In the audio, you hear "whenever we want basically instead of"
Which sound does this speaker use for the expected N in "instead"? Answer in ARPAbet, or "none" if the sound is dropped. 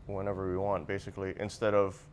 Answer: N